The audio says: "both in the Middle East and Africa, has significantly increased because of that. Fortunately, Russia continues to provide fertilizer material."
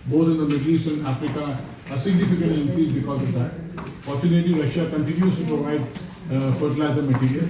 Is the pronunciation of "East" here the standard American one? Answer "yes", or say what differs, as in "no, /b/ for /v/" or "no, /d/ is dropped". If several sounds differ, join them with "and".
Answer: no, /t/ is dropped